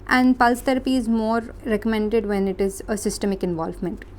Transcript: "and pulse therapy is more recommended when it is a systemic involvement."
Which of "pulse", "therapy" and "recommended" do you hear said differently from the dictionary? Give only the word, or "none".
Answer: therapy